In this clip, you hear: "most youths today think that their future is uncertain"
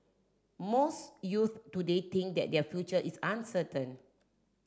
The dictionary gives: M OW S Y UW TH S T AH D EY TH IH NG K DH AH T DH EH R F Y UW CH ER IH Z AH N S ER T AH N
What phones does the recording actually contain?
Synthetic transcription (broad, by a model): M OW S Y UW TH T AH D EY T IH NG K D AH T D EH F Y UW CH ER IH S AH N S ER T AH N